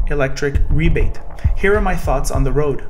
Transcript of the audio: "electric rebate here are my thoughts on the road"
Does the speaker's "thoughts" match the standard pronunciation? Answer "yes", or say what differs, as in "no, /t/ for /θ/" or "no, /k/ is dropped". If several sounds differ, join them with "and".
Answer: yes